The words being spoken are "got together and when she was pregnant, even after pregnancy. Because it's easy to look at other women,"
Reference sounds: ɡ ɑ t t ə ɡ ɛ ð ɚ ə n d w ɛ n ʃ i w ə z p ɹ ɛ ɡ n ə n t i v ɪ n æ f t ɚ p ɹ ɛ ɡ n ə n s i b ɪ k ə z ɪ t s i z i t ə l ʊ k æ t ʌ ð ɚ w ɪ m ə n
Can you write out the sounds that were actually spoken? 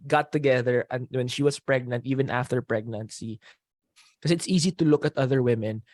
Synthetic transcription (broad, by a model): ɡ ɑ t t ə ɡ ɛ ð ɚ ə n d w ɛ n ʃ i w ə s p ɹ ɛ ɡ n ə n t i v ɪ n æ f t ɚ p ɹ ɛ ɡ n ə n s i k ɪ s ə ɪ t s i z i t ə l ʊ k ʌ t ʌ ð ɚ w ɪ m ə n